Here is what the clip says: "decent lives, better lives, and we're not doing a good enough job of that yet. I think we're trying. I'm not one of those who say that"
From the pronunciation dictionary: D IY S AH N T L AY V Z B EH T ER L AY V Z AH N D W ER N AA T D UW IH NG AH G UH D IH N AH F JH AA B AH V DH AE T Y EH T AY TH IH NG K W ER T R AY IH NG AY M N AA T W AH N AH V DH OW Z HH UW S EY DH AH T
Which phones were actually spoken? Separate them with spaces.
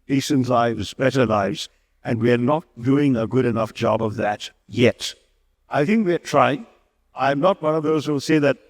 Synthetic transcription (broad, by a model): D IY S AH N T L AY V Z B EH T ER L AY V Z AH N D W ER N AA T D UW IH NG AH G UH D IH N AH F JH AA B AH V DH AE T Y EH T AY TH IH NG K W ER T R AY IH NG AY M N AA T W AH N AH V DH OW Z HH UW S EY DH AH T